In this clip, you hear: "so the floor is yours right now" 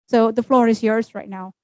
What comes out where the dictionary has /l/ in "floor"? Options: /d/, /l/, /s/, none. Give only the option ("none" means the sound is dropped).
/l/